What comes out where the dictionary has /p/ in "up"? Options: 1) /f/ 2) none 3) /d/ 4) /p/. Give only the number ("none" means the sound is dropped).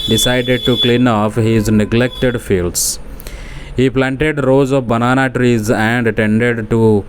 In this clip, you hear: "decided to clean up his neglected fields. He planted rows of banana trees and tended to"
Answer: 1